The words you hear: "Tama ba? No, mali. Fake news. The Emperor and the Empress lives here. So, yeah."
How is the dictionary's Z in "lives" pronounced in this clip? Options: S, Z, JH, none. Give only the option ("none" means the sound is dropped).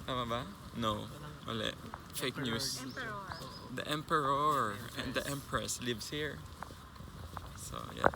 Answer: S